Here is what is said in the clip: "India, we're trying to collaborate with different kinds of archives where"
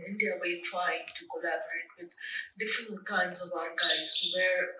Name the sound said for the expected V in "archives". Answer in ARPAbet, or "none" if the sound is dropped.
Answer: none